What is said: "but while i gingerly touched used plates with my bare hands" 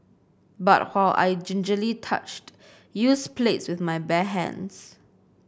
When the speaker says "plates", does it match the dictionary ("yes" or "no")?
yes